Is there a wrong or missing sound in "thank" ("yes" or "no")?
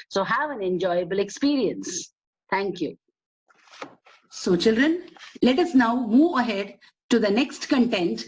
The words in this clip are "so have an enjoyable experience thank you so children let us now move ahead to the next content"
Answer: yes